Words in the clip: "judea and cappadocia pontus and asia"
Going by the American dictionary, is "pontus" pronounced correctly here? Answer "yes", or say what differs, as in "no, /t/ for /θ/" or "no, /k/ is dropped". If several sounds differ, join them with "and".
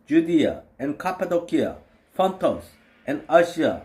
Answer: no, /f/ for /p/